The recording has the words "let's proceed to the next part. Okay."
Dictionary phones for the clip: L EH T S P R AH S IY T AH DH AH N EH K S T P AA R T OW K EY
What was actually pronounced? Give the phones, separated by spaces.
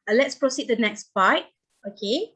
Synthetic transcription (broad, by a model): L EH T S P R AH S IY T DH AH N EH K S T B AA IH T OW K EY